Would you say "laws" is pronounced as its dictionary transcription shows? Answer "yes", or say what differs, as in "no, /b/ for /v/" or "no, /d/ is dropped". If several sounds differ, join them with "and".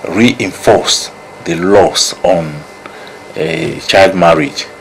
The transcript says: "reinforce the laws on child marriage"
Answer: no, /s/ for /z/